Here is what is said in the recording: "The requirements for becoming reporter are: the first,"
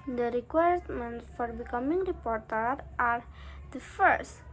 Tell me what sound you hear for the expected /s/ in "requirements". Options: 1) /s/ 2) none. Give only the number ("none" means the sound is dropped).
2